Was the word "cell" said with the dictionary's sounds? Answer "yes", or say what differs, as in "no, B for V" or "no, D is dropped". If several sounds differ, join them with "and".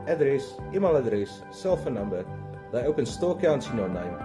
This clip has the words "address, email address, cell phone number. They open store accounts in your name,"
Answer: yes